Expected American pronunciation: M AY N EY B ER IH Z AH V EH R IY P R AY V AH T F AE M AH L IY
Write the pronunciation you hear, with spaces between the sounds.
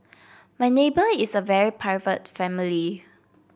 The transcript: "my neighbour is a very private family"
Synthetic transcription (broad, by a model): M AY N EY B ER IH S AH V EH R IY P AY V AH T F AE M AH L IY